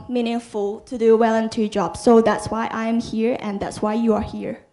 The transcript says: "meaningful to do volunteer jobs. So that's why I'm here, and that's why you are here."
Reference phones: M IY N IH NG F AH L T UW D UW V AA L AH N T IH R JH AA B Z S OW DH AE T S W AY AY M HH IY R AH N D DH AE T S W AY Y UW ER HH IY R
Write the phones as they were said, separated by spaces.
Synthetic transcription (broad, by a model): M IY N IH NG F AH L T UW D UW W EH L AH N T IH JH AA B S OW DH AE T S W AY AY M HH IY R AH N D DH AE T S W AY Y UW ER HH IY R